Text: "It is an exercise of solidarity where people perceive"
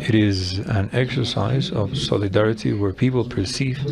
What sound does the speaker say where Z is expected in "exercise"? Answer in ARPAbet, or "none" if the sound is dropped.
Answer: Z